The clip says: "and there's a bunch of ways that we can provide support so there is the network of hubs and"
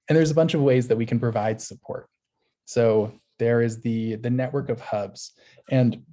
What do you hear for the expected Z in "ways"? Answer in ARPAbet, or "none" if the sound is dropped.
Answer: Z